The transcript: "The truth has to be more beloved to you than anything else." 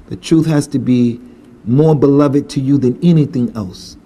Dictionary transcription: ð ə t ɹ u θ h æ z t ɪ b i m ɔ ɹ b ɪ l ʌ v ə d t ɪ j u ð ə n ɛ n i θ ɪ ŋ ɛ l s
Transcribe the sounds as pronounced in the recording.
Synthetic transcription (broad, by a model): ð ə t ɹ u θ h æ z t ɪ b i m ɔ ɹ b ɪ l ʌ v ə d t ɪ j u ð ə n ɛ n i θ ɪ ŋ ɛ l s